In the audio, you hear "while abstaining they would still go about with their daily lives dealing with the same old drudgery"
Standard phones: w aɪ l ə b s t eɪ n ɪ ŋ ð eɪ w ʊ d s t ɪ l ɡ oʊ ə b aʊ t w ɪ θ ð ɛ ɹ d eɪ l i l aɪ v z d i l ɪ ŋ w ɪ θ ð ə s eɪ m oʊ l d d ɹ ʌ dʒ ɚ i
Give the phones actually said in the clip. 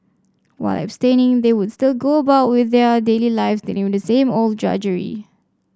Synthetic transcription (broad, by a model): w aɪ l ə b s t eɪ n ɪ ŋ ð eɪ w ʊ d s t ɪ l ɡ oʊ ə b aʊ t w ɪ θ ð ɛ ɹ d eɪ l i l aɪ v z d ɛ n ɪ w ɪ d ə s eɪ m oʊ l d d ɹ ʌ dʒ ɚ i